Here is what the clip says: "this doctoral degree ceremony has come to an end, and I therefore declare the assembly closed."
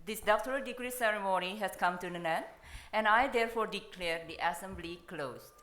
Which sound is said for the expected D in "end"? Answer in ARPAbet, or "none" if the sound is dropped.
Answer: none